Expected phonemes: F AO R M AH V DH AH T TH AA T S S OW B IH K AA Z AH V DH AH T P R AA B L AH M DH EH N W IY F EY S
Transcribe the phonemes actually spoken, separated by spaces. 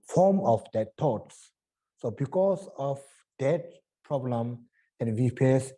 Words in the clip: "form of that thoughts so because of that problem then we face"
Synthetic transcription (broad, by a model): F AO M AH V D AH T T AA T S S OW B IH K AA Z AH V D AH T P R AA B L AH M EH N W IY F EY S